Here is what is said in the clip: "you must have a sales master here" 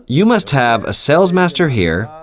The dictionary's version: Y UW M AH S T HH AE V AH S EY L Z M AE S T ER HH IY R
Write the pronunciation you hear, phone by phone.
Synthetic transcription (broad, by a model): Y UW M AH S T HH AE V AH S EY L Z M AE S T ER HH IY R